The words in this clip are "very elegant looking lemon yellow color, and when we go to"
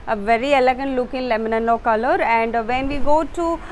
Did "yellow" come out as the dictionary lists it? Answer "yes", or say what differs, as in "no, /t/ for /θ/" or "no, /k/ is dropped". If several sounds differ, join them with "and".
no, /n/ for /l/